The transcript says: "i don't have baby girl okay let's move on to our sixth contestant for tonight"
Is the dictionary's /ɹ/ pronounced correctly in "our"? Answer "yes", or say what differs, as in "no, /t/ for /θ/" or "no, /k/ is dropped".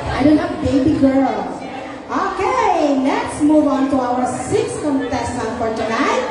no, /w/ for /ɹ/